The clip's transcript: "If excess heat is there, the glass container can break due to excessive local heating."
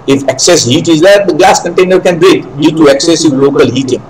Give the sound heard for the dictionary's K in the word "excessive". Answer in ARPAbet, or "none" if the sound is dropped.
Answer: K